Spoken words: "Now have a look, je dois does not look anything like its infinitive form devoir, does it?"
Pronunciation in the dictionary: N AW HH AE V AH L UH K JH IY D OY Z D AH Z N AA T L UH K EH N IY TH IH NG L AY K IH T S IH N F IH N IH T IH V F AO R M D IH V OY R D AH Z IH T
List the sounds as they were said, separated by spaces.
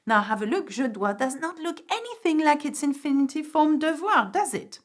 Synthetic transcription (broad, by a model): N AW HH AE V AH L UH K ZH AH D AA D AH Z N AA T L UH K EH N IY TH IH NG L AY K IH T S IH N F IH N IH T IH F AO R M D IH V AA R D AH Z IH T